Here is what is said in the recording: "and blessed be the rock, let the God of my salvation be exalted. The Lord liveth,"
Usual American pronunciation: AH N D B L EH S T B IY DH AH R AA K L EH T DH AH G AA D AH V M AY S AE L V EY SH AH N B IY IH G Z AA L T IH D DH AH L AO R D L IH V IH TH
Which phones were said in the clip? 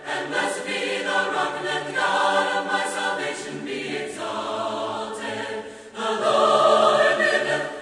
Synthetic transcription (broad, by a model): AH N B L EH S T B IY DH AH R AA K N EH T DH AH G AA D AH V M AY S AE L V EY SH AH N B IY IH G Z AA L T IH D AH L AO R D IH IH